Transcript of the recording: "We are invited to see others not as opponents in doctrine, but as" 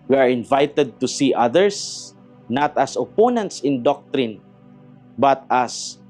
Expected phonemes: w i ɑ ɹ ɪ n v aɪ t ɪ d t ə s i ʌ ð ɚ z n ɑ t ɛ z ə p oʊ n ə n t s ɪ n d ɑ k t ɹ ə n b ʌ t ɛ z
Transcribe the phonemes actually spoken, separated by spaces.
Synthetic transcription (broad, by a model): w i ɑ ɹ ɪ n v aɪ t ɪ d t ə s i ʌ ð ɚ s n ɑ t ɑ s ə p oʊ n ə n t s ɪ n d ɑ k t ɹ ə n b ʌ t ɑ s